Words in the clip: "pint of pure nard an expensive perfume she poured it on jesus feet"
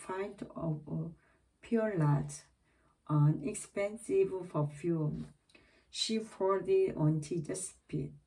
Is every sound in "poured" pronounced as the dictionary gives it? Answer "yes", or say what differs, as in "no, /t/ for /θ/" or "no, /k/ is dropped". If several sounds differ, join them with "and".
no, /f/ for /p/